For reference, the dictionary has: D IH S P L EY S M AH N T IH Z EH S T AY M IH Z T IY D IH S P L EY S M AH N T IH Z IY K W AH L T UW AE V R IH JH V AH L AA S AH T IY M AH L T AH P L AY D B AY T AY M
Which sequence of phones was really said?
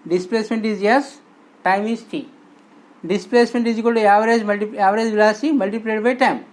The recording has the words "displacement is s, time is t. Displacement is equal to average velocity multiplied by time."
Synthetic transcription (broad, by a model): D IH S P L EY S M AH N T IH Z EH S T AY M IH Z T IY D IH S P L EY S M AH N T IH Z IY K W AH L T UW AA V R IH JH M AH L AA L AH S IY M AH L T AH P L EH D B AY T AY M